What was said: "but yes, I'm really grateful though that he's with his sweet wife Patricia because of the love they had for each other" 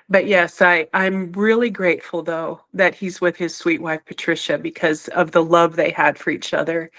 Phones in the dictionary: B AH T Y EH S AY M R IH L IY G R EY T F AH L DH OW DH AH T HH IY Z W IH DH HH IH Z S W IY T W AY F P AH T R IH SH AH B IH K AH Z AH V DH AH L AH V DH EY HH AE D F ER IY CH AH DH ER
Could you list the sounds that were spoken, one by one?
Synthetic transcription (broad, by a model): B AH T Y EH S AY M R IH L IY G R EY T F L DH OW DH AH T HH IY Z W IH DH IH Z S W IY T W AY F P AH T R IH SH AH B IH K AH Z AH V DH AH L AH V DH EY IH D F ER IY CH AH DH ER